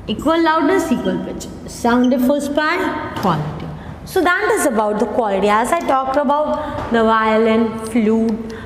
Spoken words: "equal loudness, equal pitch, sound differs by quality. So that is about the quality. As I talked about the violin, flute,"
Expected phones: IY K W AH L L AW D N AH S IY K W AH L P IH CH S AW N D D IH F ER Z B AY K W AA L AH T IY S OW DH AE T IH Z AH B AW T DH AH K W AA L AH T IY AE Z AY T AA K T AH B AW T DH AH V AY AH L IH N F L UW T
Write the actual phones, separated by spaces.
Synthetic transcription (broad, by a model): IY K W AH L L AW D AH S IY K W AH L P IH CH S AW N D D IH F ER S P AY K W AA L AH T IY S OW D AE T IH Z AH B AW T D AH K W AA L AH T IY AE Z AY T AA K T AH B AW T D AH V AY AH L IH N F L UW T